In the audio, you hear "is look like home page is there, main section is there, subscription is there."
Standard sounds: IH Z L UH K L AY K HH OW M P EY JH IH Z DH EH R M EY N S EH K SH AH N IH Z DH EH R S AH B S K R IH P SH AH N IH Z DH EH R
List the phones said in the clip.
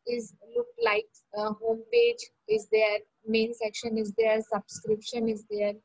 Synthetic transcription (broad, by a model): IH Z L UH K L AY K HH OW M P EY JH IH Z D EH R M EY N S EH K SH AH N IH Z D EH R S AH B S K R IH P SH AH N IH Z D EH R